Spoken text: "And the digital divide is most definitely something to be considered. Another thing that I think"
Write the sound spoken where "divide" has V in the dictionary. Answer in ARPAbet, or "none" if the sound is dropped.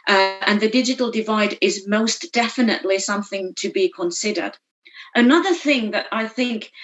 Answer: V